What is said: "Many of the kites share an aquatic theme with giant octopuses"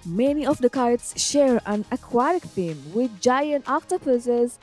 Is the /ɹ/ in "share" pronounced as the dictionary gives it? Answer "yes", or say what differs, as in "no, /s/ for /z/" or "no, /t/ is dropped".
yes